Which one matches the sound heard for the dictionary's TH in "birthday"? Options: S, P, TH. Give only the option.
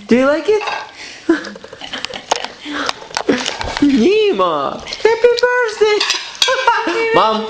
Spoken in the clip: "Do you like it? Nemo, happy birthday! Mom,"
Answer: S